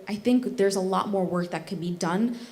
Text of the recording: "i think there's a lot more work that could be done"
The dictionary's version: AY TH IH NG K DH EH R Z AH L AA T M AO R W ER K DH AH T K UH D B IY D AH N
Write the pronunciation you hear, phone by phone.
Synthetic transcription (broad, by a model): AY TH IH NG K DH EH R Z AH L AA T M AO R W ER K DH AH T K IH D B IY D AH N